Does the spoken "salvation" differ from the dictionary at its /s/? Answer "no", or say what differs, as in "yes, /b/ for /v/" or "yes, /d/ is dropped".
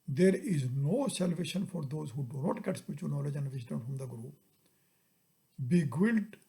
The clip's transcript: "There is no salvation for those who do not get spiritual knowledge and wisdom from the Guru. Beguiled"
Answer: no